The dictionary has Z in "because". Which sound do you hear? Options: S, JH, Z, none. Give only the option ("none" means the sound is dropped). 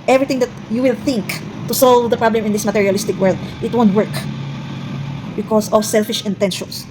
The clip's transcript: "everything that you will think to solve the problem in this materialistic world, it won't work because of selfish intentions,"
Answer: S